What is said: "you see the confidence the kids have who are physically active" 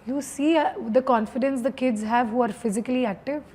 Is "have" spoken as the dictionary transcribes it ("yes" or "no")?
yes